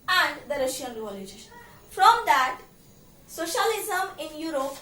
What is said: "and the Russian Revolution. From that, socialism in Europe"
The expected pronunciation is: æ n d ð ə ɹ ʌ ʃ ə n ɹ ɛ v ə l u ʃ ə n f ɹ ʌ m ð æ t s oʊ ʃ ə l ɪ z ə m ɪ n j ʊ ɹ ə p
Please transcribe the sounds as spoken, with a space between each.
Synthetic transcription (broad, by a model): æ n d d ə ɹ ʌ ʃ ə n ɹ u ə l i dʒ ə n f ɹ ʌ m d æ t s oʊ ʃ ə l ɪ z ə m ɪ n j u ɹ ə p